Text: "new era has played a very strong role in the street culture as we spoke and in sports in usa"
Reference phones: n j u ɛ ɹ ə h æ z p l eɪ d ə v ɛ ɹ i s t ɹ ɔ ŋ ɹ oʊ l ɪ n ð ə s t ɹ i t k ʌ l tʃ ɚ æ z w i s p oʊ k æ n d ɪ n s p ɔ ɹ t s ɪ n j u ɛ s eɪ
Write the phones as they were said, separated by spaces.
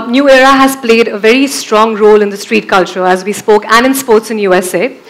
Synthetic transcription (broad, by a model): n j u ɛ ɹ ə h æ z p l eɪ d ə v ɛ ɹ i s t ɹ ɔ ŋ ɹ oʊ l ɪ n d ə s t ɹ i t k ʌ l tʃ ɚ æ z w i s p oʊ k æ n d ɪ n s p ɔ ɹ t s ɪ n j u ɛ s eɪ